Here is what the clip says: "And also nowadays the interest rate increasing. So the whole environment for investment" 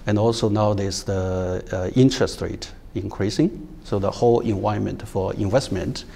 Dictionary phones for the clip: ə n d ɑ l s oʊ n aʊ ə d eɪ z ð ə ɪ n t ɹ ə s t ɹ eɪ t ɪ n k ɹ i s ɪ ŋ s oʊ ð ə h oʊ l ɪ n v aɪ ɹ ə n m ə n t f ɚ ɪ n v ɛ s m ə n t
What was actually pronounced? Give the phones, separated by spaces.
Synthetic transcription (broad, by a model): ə n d ɑ l s oʊ n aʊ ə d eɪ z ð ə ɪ n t ɹ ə s t ɹ eɪ t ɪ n k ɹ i s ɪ ŋ s oʊ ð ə h oʊ l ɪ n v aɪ ə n m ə n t f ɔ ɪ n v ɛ s m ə n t